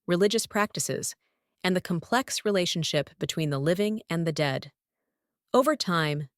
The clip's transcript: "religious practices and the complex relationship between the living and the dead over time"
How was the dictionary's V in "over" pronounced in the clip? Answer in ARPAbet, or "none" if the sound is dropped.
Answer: V